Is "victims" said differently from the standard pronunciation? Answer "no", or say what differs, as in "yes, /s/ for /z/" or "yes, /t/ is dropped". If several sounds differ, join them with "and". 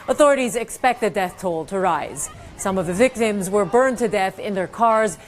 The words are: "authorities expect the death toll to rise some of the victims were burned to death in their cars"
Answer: no